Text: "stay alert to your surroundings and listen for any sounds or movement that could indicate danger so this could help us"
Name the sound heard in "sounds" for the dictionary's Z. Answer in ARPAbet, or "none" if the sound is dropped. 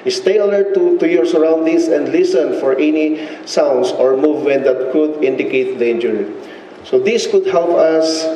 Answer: S